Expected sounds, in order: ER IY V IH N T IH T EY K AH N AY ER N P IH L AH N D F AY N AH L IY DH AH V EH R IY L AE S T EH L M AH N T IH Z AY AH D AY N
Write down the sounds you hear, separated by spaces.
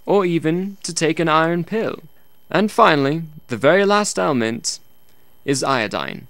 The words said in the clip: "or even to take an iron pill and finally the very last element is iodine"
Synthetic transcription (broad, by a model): ER IY V IH N T IH T EY K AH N AY ER N P IH L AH N F AY N L IY DH AH V EH R IY L AE S T EH L M AH N T IH Z AY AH D AY N